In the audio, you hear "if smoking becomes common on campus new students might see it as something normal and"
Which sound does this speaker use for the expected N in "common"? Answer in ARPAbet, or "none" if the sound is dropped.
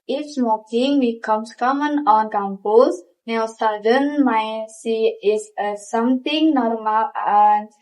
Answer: N